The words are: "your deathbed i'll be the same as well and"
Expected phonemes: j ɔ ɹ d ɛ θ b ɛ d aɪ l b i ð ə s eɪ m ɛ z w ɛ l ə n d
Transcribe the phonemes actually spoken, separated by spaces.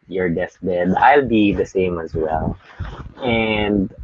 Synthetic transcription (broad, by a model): j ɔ ɹ d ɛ s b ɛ d aɪ l b i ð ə s eɪ m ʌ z w ɛ l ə n d